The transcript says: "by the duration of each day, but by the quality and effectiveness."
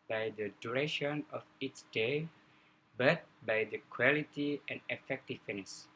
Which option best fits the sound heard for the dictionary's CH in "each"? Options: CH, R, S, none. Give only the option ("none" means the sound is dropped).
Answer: S